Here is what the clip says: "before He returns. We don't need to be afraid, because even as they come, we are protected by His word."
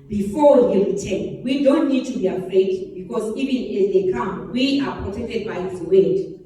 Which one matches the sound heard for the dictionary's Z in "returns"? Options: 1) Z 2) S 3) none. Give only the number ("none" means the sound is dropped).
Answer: 3